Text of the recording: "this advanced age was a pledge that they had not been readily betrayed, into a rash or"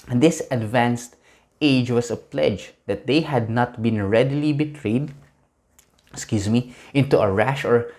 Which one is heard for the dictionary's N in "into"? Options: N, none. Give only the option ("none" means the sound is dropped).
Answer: N